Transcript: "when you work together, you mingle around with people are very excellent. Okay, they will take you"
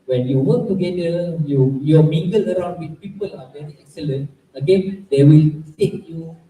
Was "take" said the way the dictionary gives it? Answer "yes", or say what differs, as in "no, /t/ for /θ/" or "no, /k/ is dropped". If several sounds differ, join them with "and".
no, /s/ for /t/